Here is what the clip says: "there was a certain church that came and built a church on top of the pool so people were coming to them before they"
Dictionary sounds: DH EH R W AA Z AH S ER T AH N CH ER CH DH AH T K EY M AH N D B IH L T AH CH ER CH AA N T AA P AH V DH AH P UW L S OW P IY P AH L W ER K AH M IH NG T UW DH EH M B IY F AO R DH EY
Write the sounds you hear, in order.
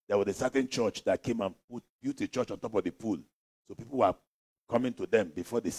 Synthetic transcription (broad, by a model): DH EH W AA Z AH S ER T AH N CH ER CH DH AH T K EY M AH N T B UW T AH CH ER CH AA N T AA P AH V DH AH P UW L S OW P IY P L W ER K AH M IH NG T UW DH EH M B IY F AO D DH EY